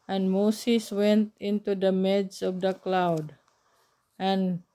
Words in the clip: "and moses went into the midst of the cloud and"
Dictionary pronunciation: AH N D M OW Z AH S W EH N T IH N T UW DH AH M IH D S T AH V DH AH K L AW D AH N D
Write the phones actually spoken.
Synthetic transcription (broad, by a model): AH N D M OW S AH S W EH N T IH N T UW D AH M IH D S AH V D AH K L AW D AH N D